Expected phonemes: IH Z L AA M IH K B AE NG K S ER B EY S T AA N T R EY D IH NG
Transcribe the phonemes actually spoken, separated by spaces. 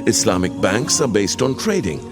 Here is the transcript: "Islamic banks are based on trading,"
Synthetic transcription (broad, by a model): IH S L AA M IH K B AE NG K S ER B EY S T AA N T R EY D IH NG